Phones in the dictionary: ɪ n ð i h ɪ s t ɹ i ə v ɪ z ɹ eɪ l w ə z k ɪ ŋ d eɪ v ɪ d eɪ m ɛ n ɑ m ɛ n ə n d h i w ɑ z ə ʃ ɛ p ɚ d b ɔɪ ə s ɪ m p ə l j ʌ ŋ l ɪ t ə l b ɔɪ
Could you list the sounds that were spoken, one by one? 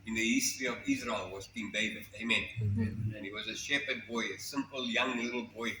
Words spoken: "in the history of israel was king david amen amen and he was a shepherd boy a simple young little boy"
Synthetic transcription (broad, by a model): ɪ n ð i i s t l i ə v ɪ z ɹ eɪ l w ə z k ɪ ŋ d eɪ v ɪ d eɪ ɑ m ɛ n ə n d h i w ɑ z ə ʃ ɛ p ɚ d b ɔɪ ə s ɪ m p ə l j ʌ ŋ l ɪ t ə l b ɔɪ